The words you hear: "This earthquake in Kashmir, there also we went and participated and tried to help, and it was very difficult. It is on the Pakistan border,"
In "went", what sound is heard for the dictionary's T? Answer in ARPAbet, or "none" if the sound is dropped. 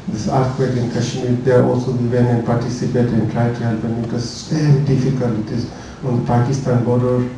none